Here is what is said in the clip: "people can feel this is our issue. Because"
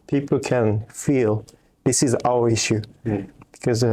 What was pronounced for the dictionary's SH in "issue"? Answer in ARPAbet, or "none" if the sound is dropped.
SH